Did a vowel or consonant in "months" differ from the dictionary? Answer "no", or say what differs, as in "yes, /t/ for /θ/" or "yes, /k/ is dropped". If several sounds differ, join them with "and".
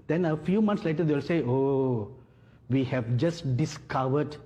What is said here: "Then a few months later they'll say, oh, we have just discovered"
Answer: yes, /t/ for /θ/